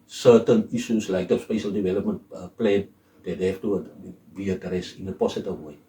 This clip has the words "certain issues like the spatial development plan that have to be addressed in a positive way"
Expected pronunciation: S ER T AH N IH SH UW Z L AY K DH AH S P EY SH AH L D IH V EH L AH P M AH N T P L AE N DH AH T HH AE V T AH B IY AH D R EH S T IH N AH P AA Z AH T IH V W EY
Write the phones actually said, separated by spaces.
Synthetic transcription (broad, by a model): S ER T AH N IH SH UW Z L AY K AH S P EY SH AH L D IH V EH L AH P M AH N T P L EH N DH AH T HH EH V T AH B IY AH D R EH S IH N AH P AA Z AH T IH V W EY